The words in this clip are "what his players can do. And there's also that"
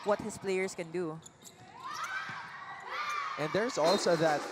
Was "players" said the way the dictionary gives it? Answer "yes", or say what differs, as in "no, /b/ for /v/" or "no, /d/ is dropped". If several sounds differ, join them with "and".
no, /s/ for /z/